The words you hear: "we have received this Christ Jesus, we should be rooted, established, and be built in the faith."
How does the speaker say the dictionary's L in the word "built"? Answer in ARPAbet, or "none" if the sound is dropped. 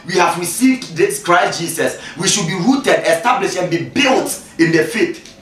L